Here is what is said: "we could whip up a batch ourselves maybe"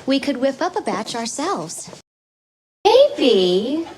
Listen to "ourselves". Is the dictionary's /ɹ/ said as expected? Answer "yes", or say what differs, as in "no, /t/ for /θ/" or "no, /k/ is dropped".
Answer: yes